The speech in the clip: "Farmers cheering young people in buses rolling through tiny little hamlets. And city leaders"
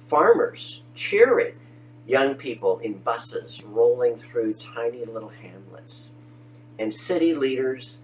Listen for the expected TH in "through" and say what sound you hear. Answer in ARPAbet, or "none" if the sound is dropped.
TH